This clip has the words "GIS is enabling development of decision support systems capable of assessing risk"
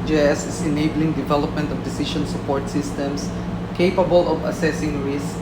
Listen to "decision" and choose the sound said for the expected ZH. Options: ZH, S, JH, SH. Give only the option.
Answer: SH